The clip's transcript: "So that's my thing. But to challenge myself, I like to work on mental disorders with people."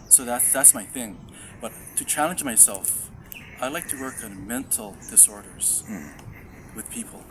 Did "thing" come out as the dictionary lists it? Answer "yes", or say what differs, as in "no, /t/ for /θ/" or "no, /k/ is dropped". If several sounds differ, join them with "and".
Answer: yes